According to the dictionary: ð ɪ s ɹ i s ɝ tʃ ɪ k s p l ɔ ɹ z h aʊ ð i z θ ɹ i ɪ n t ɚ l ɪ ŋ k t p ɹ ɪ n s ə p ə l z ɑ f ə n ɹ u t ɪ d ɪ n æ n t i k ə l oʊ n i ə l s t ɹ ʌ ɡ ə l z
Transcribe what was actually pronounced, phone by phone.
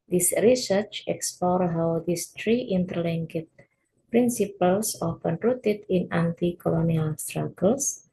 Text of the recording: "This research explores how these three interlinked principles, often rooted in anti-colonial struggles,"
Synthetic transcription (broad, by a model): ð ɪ s ɹ i s ɝ tʃ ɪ k s p l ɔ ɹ h aʊ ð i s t ɹ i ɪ n t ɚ l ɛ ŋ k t p ɹ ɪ n s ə p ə l s ɑ f ə n ɹ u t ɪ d ɪ n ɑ n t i k ə l oʊ n i ə l s t ɹ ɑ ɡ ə l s